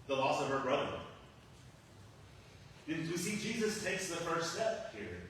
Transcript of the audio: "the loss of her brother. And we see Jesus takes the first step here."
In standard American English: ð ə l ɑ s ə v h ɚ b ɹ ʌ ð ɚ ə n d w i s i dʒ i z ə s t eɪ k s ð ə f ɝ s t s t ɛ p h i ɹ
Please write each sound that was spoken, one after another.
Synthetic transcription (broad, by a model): ð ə l ɑ s ə v ɚ b ɹ ʌ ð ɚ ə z w i s i dʒ i z ə s t eɪ k s ð ə f ɝ s t s t ɛ p h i ɹ